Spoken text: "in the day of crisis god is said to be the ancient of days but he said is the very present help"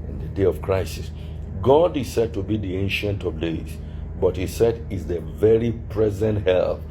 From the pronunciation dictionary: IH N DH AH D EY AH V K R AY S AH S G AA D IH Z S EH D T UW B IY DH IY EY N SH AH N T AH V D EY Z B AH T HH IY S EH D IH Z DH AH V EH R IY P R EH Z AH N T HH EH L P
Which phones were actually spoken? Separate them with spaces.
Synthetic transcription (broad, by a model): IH N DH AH D EY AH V K R AY S AH S G AA D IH S EH D T UW B IY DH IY EY N SH AH N T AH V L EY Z B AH T HH IY S EH D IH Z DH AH V EH R IY P R EH Z AH N T HH EH L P